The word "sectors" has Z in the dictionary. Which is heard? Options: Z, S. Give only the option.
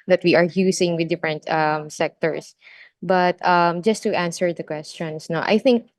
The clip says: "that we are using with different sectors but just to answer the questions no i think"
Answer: S